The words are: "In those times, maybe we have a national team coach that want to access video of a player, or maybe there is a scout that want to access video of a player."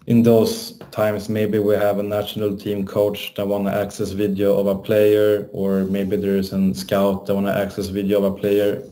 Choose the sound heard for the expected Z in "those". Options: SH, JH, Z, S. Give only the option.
S